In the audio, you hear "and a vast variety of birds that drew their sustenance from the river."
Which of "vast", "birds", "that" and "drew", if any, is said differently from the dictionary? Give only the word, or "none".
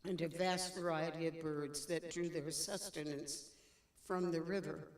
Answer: none